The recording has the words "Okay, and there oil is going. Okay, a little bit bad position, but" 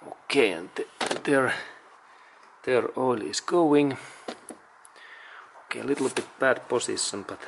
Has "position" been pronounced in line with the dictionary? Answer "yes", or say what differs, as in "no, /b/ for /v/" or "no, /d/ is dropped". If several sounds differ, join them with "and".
no, /s/ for /z/ and /s/ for /ʃ/